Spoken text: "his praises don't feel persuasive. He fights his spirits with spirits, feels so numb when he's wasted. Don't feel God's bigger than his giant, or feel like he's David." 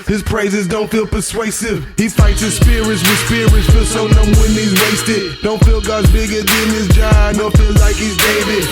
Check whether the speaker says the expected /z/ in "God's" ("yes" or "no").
yes